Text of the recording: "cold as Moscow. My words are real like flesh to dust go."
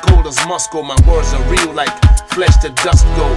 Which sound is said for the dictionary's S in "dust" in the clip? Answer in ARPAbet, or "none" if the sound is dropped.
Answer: S